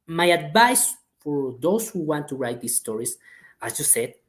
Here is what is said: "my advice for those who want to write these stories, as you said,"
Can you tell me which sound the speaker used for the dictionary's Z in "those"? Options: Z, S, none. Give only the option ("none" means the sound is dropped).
S